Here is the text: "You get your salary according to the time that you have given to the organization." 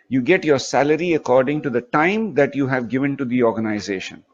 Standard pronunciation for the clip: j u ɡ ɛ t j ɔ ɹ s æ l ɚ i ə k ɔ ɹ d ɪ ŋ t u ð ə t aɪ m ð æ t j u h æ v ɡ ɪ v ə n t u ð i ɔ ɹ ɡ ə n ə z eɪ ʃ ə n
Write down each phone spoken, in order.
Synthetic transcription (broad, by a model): j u ɡ ɛ t j ɔ ɹ s æ l ɚ i ə k ɔ ɹ d ɪ ŋ t u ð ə t aɪ m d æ t j u h æ v ɡ ɪ v ə n t u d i ɔ ɹ ɡ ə n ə z eɪ ʃ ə n